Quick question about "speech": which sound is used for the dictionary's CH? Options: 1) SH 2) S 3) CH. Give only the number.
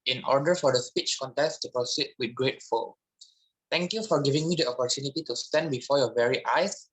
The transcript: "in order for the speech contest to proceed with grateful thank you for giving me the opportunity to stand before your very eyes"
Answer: 3